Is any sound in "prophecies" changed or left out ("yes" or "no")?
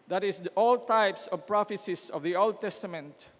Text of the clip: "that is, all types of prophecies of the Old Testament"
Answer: yes